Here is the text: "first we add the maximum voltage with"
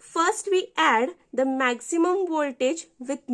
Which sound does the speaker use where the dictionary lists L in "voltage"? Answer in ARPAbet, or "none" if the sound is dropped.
L